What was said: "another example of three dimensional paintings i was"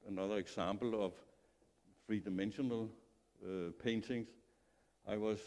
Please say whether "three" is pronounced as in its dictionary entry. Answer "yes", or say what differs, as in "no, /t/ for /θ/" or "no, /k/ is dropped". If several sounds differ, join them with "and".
no, /f/ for /θ/